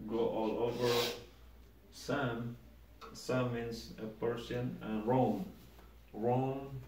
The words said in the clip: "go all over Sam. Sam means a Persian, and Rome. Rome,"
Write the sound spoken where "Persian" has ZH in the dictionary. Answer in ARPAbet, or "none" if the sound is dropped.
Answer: S